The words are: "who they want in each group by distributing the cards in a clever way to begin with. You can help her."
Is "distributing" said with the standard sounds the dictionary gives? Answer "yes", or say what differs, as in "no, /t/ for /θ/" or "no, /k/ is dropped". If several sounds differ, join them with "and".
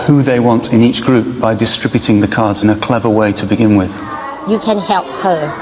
yes